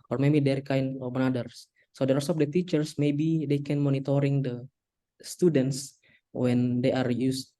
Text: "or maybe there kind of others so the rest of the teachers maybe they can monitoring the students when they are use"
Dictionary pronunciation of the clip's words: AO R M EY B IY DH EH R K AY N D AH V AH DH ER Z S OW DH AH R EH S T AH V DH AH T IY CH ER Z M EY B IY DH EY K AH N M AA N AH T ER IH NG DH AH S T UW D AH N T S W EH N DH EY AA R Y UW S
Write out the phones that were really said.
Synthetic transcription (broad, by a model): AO R M EY B IY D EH R K AY N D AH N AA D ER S S OW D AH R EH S AH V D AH T IY CH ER S M EY B IY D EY K AH N M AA N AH T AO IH NG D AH S T UW D AH N T S W EH N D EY AA R Y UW S